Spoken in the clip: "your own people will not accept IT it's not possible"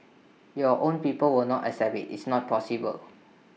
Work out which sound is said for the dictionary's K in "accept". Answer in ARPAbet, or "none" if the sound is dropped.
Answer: none